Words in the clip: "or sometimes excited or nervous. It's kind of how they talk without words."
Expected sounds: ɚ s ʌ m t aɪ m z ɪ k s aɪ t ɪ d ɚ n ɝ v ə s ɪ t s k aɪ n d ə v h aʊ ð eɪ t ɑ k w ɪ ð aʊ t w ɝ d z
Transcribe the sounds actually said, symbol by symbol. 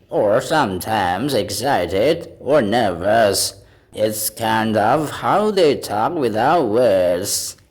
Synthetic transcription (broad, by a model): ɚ s ʌ m t aɪ m z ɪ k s aɪ t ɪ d ɚ n ɝ v ə s ɪ t s k aɪ n d ə v h aʊ ð eɪ t ɑ k w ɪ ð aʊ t w ɝ d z